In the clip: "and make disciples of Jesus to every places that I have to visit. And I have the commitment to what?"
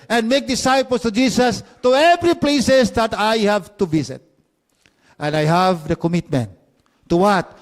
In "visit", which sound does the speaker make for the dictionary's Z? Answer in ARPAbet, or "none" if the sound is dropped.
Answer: S